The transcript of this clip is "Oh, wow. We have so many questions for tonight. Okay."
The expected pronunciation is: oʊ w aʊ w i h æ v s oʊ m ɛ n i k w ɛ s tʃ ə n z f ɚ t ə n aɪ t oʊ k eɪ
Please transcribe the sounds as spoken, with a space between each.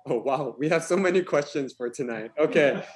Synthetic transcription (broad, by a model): oʊ w aʊ w i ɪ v s oʊ m ɛ n i k w ɛ s tʃ ə n z f ɚ t ə n aɪ t oʊ k eɪ